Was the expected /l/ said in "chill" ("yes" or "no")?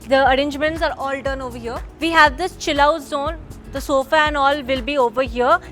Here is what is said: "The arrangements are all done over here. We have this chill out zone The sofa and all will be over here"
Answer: yes